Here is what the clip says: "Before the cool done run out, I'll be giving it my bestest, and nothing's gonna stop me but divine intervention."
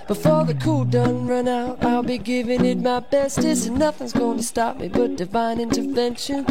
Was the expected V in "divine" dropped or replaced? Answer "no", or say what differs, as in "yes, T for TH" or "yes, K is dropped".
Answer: no